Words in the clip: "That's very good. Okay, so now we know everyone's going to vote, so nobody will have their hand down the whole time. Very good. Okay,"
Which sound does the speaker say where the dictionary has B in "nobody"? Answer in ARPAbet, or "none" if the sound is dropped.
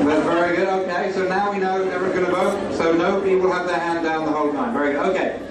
none